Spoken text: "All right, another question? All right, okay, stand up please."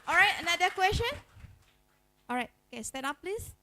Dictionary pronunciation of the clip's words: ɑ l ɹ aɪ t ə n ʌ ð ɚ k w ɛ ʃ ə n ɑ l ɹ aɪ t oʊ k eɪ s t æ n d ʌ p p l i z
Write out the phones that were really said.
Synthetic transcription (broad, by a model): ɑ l ɹ aɪ t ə n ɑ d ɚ k w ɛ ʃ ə n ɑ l ɹ aɪ t oʊ k eɪ s t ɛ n ɑ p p l i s